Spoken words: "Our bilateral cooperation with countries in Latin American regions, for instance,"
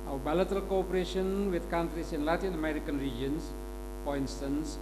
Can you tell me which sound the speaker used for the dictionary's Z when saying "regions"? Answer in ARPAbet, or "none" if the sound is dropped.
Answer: S